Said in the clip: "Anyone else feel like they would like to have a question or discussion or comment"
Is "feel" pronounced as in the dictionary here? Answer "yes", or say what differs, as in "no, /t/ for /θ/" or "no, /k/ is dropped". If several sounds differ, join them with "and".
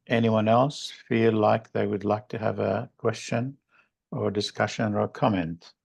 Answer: yes